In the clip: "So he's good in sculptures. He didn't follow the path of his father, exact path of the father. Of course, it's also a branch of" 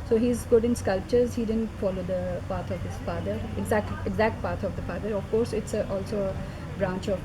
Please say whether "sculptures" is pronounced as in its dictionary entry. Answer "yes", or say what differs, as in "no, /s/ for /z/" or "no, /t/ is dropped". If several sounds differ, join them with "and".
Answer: yes